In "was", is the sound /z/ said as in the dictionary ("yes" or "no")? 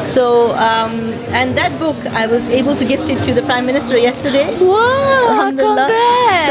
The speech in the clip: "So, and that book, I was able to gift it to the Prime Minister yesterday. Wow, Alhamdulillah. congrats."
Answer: yes